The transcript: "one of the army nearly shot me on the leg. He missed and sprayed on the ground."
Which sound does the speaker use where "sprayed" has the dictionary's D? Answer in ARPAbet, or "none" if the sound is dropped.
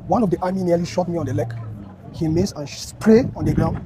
none